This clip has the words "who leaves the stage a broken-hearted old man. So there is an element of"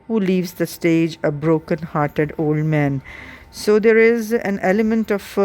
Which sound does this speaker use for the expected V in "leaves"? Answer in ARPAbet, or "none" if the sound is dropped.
V